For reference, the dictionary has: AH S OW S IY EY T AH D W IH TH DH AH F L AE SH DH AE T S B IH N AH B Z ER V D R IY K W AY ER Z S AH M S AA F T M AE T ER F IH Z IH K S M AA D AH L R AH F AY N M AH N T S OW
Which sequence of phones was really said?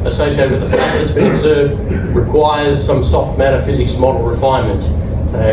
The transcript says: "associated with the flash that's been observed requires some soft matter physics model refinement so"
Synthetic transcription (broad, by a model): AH S OW S IY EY T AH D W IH DH AH F AE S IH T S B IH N AH B Z ER V D R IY K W AY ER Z S AH M S AA F T M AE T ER F IH Z IH K S M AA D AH L R AH F AY N M AH N T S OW